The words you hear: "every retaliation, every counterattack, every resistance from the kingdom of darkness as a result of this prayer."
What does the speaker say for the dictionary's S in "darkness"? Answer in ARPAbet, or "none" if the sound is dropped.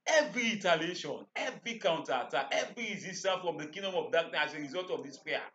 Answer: none